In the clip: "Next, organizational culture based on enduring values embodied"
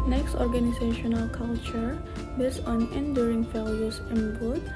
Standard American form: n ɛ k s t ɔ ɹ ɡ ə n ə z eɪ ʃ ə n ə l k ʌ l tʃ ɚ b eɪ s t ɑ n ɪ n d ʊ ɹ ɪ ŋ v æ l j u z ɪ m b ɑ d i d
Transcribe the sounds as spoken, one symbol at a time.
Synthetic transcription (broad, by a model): n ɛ k s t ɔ ɹ ɡ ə n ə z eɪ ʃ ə n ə l k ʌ l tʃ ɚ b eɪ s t ɑ n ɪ n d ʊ ɹ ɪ ŋ f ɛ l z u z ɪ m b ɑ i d